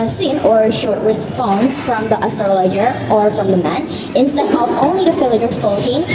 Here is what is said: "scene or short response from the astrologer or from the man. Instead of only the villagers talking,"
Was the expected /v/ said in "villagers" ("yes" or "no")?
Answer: no